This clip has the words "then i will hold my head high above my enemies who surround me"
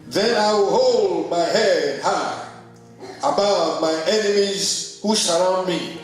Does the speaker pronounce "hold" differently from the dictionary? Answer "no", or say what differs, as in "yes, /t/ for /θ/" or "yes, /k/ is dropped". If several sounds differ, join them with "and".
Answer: no